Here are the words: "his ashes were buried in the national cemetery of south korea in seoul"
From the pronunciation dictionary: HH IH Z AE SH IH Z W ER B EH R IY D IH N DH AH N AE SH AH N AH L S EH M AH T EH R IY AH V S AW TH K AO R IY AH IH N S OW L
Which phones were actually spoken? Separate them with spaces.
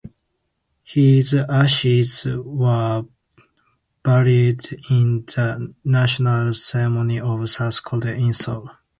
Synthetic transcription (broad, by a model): HH IH Z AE SH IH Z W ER B EH R IY D IH N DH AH N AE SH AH N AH L S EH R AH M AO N IY AH V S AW S K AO L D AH IH N S OW L